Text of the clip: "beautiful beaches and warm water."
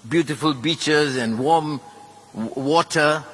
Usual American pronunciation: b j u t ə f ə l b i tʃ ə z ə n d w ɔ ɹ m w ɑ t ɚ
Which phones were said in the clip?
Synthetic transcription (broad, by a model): b j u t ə f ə l b i tʃ ə z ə n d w ɔ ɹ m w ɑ t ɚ